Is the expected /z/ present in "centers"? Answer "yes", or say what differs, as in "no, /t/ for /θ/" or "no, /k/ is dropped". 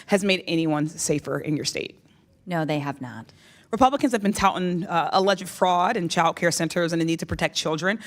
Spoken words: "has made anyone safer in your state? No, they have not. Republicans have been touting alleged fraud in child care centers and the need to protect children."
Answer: yes